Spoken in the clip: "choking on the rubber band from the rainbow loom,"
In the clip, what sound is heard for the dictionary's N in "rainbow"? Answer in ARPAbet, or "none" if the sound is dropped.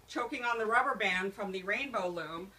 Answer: N